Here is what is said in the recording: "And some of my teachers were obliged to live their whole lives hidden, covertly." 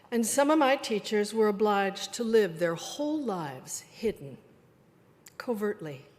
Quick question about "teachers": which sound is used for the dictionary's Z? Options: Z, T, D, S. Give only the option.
Z